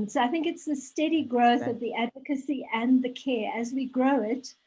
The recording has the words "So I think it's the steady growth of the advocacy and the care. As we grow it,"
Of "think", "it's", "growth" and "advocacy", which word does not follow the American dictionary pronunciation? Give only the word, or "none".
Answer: none